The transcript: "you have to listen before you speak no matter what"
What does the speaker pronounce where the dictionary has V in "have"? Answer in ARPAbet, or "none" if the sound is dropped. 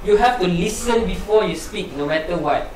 F